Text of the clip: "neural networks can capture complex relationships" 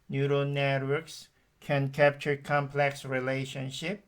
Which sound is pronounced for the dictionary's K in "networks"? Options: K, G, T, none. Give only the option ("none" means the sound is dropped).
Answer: K